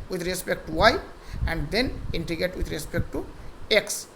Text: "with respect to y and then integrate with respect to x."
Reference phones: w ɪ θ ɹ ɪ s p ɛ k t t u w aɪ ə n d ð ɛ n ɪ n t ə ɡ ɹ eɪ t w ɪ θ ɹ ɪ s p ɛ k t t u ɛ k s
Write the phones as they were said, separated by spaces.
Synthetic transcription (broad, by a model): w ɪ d ɹ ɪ s p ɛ k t t u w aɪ ə n d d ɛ n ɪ n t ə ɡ eɪ t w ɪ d ɹ ɪ s p ɛ k t t u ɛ k s